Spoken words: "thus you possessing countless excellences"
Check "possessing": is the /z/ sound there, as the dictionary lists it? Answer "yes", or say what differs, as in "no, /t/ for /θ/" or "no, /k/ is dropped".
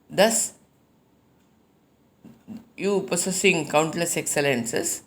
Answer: no, /s/ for /z/